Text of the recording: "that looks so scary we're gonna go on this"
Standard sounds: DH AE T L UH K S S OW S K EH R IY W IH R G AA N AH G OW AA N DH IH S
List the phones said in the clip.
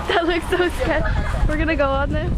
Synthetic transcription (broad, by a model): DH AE T L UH K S S OW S EH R W IH R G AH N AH G OW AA N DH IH